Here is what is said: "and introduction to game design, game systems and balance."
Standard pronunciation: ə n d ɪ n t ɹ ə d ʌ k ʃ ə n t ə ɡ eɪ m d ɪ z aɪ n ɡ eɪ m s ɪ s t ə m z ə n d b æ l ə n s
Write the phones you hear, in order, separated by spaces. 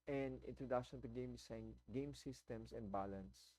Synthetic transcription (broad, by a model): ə n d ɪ n t ɹ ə d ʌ k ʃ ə n t ə ɡ eɪ m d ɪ s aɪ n ɡ eɪ m s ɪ s t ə m s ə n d b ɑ l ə n s